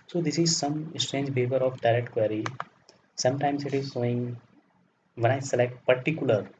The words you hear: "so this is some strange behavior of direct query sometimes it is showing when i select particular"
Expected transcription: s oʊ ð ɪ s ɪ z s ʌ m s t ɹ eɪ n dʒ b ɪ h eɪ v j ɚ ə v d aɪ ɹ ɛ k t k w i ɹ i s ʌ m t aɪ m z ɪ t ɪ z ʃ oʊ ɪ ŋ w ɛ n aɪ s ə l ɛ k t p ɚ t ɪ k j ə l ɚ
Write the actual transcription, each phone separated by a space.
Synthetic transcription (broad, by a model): s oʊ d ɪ s ɪ z s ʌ m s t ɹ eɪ n dʒ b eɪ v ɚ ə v d aɪ ɹ ɛ k t k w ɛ ɹ i s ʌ m t aɪ m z ɪ t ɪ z s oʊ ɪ ŋ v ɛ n aɪ s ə l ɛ k t p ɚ t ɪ k j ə l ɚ